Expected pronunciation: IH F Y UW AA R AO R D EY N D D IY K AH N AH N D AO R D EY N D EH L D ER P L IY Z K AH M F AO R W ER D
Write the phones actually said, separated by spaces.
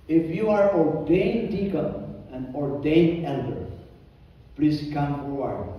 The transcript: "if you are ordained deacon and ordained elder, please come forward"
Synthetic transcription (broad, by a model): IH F Y UW AA R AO R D EY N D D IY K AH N AH N D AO R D EY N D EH L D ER P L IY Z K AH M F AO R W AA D